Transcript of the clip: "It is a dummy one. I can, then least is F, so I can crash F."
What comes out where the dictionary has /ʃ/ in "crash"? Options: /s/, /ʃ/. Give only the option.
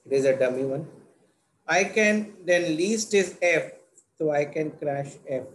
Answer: /ʃ/